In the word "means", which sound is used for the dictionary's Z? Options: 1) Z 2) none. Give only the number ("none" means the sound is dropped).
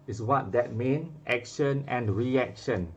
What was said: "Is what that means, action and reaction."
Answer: 2